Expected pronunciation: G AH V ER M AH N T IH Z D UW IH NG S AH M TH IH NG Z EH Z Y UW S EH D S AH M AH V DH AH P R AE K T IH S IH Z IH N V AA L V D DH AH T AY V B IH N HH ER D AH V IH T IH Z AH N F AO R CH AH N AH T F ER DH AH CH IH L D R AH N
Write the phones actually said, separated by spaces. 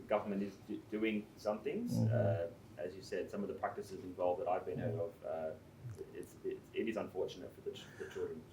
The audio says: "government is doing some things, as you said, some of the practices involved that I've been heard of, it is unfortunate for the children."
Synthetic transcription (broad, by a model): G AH V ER M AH N T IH Z D UW IH NG S AH M TH IH NG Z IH Z Y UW S EH D S AH M AH V DH AH P R AE K T IH S IH Z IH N V AA L V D DH AH T AY V B IH N HH ER D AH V IH T IH Z AH N F AO R CH AH N AH T F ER DH AH CH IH L D R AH N